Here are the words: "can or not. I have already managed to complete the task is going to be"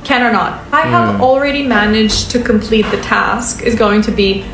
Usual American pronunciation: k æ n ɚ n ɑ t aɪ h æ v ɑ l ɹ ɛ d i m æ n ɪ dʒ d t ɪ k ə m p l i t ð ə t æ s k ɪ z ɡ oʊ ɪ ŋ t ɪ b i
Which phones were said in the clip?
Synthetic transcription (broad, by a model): k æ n ɚ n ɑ t aɪ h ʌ v l ɹ ɛ d i m æ n ɪ dʒ t ɪ k ə m p l i t ð ə t æ s k ɪ z ɡ oʊ ɪ ŋ t ɪ b i